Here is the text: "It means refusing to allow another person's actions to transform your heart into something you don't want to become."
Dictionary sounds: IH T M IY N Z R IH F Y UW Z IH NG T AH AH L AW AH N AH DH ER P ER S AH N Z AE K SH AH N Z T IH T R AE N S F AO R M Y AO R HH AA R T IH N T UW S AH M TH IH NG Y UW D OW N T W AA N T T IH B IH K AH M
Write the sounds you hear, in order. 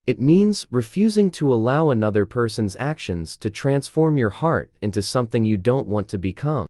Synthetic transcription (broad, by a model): IH T M IY N Z R IH F Y UW Z IH NG T AH AH L AW AH N AH DH ER P ER S AH N Z AE K SH AH N Z T IH T R AE N S F AO R M Y AO R HH AA R T IH N T UW S AH M TH IH NG Y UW D OW N T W AA N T T IH B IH K AH M